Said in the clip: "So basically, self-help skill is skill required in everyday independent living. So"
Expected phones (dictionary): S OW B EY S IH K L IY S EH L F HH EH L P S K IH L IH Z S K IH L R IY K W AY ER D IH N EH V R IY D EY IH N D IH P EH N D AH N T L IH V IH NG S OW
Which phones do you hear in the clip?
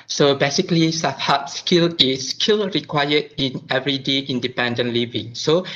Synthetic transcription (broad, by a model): S OW B EY S IH K L IY S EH F HH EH P S K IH L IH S K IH L R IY K W AY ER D IH N EH V R IY D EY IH N D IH P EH N D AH N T L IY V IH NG S OW